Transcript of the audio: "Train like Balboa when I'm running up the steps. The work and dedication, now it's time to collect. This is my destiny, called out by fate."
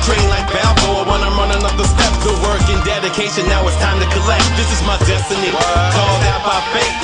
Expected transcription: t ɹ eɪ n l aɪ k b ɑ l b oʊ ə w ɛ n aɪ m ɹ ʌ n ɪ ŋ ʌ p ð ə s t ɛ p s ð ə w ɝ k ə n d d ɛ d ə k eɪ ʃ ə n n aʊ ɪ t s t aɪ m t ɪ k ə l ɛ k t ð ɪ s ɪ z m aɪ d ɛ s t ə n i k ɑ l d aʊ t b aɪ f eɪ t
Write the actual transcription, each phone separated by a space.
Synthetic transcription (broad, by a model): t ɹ eɪ n l aɪ k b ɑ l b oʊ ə w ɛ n aɪ m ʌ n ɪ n ʌ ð ə s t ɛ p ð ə w ɝ k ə n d d ɛ d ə k eɪ ʃ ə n n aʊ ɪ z t aɪ m t ɪ k ə l ɛ k t ð ɪ s ɪ z m aɪ d ɛ s t ə n i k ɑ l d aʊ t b aɪ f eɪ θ